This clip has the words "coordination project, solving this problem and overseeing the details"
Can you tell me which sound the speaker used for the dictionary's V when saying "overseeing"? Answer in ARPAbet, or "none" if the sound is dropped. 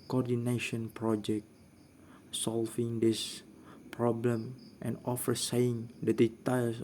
F